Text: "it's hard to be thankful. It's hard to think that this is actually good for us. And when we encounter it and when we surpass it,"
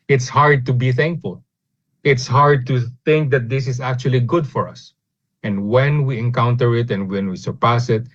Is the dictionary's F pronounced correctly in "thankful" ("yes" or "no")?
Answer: yes